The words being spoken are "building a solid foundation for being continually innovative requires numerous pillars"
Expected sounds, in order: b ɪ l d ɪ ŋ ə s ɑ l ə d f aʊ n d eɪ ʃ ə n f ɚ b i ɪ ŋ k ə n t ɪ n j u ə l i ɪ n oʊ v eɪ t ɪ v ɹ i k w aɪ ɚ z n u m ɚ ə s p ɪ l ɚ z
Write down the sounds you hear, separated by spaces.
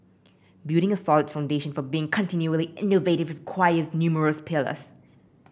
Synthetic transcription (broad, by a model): b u d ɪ ŋ ə s ɑ l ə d f aʊ n d eɪ ʃ ə n f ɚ b i ɪ ŋ k ə n t ɪ n j u ə l i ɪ n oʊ v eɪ t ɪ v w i k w aɪ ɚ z n u m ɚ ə s p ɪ l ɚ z